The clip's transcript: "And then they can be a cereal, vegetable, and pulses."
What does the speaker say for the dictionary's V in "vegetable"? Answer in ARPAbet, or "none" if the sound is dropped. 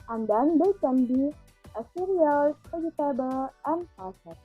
P